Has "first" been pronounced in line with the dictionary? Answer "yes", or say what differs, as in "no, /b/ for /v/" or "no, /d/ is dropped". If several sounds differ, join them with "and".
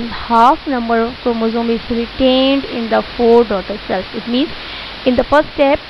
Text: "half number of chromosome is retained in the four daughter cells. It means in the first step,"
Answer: no, /s/ is dropped